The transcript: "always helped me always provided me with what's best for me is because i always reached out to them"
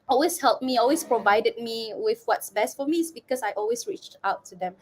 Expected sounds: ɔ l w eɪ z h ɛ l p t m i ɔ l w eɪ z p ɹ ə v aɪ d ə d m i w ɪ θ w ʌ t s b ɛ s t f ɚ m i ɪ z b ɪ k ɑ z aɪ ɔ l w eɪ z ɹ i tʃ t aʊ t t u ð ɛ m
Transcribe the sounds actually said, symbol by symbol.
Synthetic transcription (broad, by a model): ɔ l w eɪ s h ɛ l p m i ɔ l w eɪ s p ɹ ə v aɪ d ə d m i w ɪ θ w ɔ t s b ɛ s t f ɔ m i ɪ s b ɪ k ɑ s aɪ ɔ l w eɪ s ɹ i tʃ t aʊ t t u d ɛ m